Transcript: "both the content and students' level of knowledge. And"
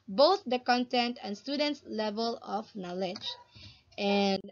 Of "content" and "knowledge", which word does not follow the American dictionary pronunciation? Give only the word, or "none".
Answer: none